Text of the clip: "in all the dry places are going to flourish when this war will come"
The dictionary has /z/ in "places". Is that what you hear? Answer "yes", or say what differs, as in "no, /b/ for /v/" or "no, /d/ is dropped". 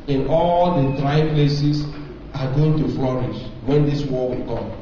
no, /s/ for /z/